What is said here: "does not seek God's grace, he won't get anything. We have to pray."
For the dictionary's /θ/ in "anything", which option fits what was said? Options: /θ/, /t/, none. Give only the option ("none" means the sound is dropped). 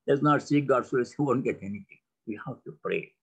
/t/